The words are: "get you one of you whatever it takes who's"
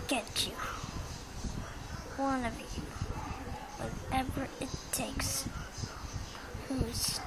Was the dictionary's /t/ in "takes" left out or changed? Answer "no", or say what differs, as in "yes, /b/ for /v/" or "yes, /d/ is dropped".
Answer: no